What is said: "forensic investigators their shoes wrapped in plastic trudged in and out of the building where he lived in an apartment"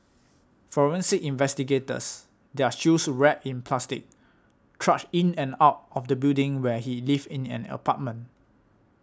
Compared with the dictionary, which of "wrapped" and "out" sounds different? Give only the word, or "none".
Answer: wrapped